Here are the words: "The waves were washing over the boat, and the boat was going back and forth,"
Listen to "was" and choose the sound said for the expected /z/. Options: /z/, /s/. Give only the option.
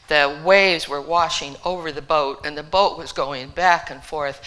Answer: /z/